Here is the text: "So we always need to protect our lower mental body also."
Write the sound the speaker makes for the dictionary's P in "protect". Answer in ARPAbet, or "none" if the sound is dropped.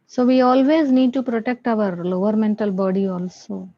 P